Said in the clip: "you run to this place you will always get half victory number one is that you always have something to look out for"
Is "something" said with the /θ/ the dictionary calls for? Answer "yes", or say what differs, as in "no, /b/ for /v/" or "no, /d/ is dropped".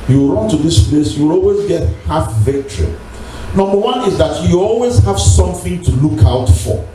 yes